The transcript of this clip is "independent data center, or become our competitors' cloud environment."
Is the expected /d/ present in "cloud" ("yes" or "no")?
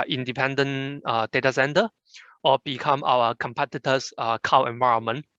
no